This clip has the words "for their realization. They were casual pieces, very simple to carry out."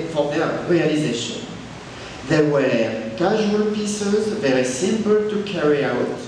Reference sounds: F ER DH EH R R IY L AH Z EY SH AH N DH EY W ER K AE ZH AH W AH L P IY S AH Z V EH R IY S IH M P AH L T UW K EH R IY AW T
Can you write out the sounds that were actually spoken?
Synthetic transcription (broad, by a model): F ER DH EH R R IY L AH Z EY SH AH N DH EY W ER K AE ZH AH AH L P IY S AH Z V EH R IY S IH M P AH L T UW K EH R IY AW T